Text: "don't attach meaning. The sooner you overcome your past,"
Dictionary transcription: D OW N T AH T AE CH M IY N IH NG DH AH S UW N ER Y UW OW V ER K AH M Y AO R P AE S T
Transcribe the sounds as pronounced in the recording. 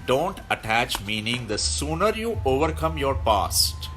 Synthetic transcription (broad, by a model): D OW N T AH T AE CH M IY N IH NG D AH S UW N ER Y UW OW V ER K AH M Y AO R P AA S T